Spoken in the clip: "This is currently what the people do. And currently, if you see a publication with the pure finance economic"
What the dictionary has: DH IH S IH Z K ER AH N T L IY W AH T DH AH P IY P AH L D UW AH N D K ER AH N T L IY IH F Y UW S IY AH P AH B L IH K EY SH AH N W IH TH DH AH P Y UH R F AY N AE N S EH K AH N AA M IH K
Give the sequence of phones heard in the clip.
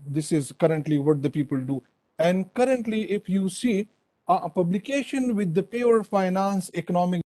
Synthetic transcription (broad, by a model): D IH S IH Z K ER AH N T L IY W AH T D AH P IY P AH L D UW AH N D K ER AH N T L IY IH F Y UW S IY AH P AH B L IH K EY SH AH N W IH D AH P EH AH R F AY N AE N S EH K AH N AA M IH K